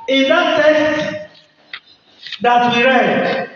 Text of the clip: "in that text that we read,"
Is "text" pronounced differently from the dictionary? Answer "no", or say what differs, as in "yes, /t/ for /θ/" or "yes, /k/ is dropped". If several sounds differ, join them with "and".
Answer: yes, /k/ is dropped